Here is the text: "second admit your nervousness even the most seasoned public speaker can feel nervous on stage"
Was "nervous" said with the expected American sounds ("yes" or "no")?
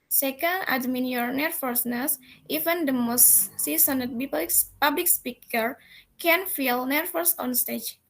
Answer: no